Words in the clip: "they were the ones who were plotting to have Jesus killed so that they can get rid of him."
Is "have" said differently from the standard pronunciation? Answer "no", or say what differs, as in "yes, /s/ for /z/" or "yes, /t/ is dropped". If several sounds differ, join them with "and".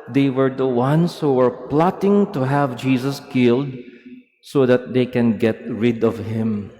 no